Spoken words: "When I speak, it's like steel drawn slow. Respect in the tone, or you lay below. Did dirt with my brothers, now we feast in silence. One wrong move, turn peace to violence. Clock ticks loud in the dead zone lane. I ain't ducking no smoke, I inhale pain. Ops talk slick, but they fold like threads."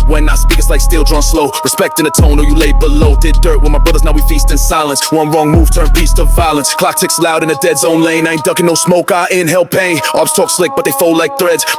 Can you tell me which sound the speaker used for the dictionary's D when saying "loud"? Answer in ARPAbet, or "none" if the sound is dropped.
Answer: D